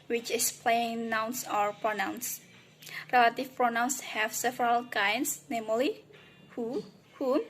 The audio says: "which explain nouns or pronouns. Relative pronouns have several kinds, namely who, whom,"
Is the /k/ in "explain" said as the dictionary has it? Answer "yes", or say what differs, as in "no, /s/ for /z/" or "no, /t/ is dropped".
no, /k/ is dropped